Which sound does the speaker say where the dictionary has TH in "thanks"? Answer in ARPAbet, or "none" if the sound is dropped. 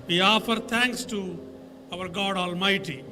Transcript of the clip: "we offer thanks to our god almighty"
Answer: T